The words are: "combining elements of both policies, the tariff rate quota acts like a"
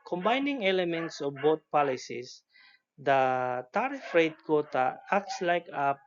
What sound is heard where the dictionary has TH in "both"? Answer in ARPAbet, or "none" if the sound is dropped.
T